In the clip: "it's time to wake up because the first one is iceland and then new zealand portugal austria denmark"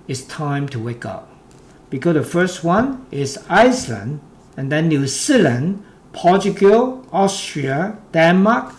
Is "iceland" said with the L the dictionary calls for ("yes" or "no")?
yes